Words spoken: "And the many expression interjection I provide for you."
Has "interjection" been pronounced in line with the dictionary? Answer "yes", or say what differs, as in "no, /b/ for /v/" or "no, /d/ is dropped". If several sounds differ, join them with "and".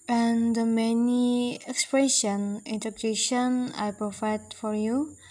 no, /k/ is dropped